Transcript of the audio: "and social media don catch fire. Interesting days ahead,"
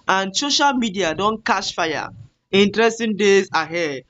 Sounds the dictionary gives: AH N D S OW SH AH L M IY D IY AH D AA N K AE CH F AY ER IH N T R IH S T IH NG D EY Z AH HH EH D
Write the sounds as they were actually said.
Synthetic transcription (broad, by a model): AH N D S OW SH AH L M IY D IY AH D AA N K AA SH F AY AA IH N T R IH S T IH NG D EY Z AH HH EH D